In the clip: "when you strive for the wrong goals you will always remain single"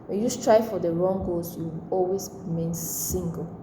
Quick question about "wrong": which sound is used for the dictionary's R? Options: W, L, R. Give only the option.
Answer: R